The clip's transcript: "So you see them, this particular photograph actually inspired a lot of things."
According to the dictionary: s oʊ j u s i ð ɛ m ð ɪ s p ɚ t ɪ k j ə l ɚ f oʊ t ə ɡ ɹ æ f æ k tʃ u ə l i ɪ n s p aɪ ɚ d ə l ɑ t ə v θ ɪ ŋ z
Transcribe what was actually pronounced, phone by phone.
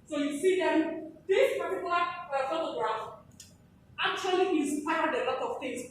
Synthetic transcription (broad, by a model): s oʊ j u s i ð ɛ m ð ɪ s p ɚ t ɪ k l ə ɚ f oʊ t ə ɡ ɹ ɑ f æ k tʃ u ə l i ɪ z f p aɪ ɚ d ə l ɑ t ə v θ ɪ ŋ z